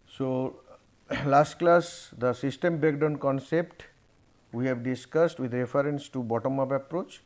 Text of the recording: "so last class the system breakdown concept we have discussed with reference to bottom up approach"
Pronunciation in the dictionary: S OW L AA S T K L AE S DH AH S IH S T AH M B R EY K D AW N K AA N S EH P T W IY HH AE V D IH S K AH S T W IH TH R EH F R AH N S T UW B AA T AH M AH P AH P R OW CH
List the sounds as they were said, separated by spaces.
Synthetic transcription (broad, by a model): S OW L AA S T K L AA S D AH S IH S T AH M B EY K D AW N K AA N S EH P T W IY HH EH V D IH S K AH S T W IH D R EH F R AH N S T UW B AA T AH M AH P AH P R OW CH